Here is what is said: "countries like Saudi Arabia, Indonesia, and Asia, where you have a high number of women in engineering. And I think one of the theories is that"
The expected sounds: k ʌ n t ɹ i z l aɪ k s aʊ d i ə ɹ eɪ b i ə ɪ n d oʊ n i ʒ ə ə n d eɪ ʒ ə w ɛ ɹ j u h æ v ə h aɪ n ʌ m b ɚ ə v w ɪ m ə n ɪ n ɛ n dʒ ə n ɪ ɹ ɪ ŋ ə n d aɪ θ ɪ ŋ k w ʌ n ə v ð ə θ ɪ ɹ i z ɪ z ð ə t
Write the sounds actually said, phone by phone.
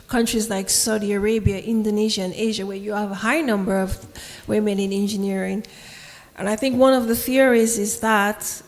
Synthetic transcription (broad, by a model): k ʌ n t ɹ i z l aɪ k s aʊ d i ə ɹ eɪ b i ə ɪ n d oʊ n i ʒ ə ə n eɪ ʒ ə w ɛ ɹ j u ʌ v ə h aɪ n ʌ m b ɚ ə v w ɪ m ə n ɪ n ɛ n dʒ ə n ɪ ɹ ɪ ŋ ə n aɪ θ ɪ ŋ k w ʌ n ə v ð ə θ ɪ ɹ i z ɪ z ð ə t